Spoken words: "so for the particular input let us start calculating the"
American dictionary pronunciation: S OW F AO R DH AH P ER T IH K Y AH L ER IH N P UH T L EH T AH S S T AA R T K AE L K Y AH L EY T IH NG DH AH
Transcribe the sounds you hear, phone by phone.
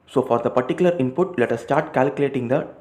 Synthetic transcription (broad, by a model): S OW F AO R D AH P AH T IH K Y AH L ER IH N P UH T L EH T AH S S T AA R T K AE L K Y AH L EY T IH NG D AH